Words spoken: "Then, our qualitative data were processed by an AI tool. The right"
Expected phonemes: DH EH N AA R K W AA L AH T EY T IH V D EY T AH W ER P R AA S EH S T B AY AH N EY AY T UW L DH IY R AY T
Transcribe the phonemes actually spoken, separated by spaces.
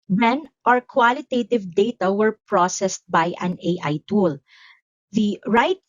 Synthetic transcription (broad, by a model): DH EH N AA R K W AA L AH T EY T IH V D EY T AH W ER P R AA S EH S T B AY AH N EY AY T UW L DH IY R AY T